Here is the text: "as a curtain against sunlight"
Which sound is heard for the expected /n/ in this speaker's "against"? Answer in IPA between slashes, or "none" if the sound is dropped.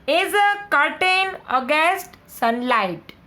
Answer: none